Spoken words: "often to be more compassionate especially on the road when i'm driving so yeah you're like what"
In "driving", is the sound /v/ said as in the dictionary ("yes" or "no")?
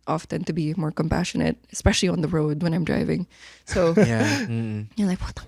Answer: yes